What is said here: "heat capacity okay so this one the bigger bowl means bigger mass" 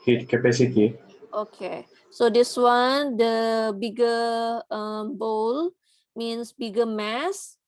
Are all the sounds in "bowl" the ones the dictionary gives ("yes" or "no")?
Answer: yes